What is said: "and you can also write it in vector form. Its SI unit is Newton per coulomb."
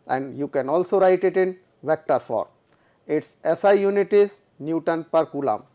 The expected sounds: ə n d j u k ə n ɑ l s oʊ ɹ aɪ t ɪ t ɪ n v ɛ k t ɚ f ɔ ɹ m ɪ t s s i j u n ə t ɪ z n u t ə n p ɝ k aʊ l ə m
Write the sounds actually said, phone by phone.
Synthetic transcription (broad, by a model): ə n d j u k ə n ɑ l s oʊ ɹ aɪ t ɪ t ɪ n v ɛ k t ɚ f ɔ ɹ ɪ t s s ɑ j u n ə t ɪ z n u t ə n p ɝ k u l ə m